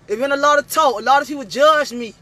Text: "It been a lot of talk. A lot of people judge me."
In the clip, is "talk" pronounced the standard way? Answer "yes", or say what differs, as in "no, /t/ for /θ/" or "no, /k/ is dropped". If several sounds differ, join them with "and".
no, /k/ is dropped